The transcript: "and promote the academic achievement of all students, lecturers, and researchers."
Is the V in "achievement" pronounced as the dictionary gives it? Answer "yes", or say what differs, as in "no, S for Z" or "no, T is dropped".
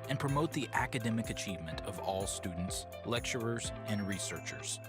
yes